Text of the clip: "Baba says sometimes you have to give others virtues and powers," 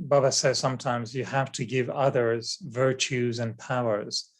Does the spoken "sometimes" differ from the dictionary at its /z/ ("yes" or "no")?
no